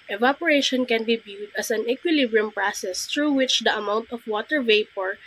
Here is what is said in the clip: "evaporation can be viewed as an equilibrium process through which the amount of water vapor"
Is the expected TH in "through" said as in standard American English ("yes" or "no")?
no